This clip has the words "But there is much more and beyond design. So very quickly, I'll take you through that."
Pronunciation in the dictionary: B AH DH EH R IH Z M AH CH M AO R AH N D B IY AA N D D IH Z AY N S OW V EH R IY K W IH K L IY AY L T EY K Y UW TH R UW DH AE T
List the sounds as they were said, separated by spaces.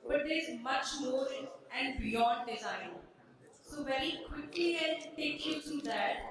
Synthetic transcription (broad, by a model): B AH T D IH Z M AH CH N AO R AH N D B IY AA N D D IH Z AY N S OW V EH R IY K W IH K L IY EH N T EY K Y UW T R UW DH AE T